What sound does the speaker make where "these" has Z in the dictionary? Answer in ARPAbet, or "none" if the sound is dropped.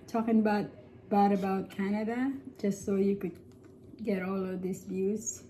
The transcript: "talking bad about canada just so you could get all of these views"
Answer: S